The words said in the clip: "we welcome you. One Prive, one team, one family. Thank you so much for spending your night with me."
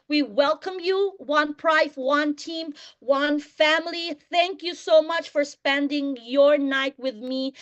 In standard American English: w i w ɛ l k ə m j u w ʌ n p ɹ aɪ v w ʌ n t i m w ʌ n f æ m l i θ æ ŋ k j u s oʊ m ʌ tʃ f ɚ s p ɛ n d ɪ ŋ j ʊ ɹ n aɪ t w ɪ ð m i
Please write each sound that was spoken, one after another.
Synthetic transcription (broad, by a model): w i w ɛ l k ə m j u w ʌ n p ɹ aɪ f w ʌ n t i m w ʌ n f æ m l i θ æ ŋ k j u s oʊ m ʌ tʃ f ɚ s p ɛ n d ɪ ŋ j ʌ ɹ n aɪ t w ɪ ð m i